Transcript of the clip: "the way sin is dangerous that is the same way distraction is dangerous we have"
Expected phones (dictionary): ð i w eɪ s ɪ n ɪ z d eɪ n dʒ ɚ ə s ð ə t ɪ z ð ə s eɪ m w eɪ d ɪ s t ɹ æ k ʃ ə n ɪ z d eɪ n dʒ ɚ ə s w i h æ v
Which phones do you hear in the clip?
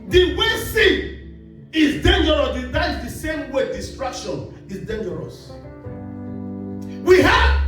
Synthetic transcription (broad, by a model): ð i w eɪ s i ɪ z d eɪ n dʒ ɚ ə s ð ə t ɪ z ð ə s eɪ m w eɪ d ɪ s t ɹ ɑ k ʃ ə n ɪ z d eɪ n dʒ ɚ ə s w i h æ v